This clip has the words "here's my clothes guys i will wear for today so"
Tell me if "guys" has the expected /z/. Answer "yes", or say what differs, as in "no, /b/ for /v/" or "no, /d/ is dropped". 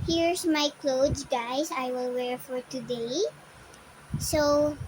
no, /s/ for /z/